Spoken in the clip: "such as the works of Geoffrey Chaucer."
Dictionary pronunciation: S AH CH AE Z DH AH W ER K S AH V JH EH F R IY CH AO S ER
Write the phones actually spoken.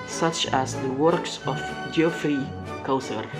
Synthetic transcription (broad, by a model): S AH CH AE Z DH AH W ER K S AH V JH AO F IY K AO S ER